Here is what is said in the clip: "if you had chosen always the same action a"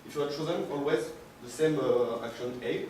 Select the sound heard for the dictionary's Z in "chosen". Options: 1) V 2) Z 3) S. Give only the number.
2